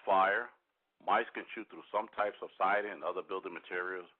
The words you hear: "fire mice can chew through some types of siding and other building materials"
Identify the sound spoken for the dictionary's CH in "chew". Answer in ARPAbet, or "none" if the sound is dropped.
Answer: SH